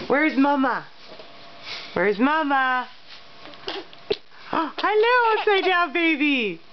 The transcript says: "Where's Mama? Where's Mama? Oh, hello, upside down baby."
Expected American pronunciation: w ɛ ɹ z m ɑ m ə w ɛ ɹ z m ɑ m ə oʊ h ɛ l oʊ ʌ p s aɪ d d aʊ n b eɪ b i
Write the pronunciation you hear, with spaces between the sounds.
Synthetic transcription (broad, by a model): w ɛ ɹ z m ɑ m ə w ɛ ɹ z m ɑ m ə oʊ h ɛ l oʊ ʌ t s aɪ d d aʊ b eɪ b i